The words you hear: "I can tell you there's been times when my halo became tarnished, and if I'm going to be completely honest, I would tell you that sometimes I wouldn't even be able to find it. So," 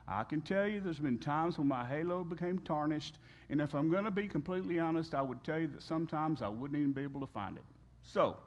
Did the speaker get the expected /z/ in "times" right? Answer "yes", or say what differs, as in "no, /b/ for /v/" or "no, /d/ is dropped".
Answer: yes